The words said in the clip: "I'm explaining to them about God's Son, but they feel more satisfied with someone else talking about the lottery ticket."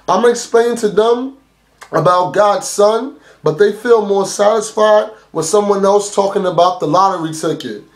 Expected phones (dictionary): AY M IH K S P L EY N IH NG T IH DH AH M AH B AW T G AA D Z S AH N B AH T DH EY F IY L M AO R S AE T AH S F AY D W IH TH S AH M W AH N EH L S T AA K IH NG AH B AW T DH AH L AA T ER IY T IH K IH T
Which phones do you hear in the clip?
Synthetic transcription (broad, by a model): AY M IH K S P L EY IH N T IH DH AH M AH B AW T G AA D Z S AH N B AH T DH EY F IY L M AO R S AE T AH S F AY D W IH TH S AH M W AH N EH L S T AA K IH NG AH B AW T DH AH L AA T ER IY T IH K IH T